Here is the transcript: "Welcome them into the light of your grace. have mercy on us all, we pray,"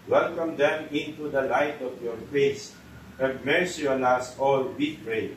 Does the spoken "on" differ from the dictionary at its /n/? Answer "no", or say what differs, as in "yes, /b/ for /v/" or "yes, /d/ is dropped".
yes, /l/ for /n/